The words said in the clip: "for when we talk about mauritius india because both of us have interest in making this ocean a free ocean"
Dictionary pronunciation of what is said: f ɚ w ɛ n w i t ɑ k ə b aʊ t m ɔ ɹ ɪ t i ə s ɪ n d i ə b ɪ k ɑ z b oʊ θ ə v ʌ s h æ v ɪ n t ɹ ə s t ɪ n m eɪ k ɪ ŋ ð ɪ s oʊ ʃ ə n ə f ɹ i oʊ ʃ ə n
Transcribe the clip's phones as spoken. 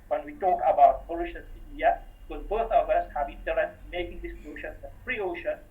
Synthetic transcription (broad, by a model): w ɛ n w i t ɑ k ə b aʊ t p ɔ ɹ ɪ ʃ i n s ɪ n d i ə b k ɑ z b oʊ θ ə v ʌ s h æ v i t ə t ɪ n m eɪ k ɪ ŋ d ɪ s oʊ ʃ ə n ə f ɹ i oʊ ʃ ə n